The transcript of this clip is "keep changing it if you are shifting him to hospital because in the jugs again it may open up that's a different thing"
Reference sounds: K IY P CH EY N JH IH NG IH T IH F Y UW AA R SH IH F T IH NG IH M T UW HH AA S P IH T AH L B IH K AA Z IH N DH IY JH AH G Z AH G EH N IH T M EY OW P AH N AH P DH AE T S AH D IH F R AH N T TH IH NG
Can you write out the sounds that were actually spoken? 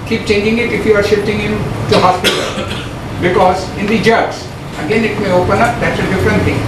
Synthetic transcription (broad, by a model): K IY P CH EY N JH IH NG IH T IH F Y UW AA R SH IH F T IH NG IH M T UW HH AA S P IH T AH L B IH K AA Z IH N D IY JH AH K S AH G EH N IH T M EY OW P AH N AH P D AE T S AH D IH F R AH N T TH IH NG